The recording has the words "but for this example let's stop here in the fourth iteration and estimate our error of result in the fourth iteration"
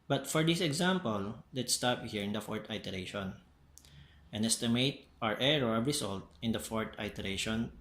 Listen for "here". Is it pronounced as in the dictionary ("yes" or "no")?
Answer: yes